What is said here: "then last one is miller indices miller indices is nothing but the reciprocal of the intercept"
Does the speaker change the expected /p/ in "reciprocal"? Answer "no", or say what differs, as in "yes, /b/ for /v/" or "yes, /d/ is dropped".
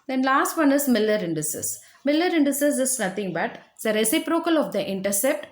no